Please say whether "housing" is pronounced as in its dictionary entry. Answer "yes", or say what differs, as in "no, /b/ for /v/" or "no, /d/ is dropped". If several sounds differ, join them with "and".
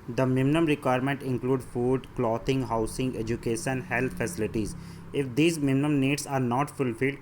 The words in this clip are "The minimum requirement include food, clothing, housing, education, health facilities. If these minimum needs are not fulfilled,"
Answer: no, /s/ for /z/